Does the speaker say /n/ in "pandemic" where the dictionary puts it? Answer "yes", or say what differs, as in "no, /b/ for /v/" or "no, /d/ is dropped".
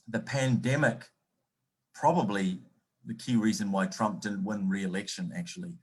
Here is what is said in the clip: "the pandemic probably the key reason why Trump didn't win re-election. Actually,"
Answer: yes